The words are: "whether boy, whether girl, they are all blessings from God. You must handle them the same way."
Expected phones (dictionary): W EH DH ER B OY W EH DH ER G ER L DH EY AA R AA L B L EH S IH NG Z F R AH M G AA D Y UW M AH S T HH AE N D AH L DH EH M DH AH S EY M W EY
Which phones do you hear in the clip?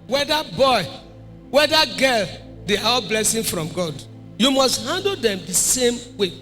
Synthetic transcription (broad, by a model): W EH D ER B OY W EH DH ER G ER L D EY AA W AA B L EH S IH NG F R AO M G AA D Y UW M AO S T HH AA N D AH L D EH M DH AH S EY M W EY